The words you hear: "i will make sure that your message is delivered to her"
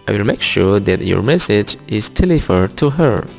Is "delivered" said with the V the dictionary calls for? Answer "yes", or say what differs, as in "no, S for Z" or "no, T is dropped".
no, F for V